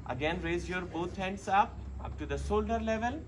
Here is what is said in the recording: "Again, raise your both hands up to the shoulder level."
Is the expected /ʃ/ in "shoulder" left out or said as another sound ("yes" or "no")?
yes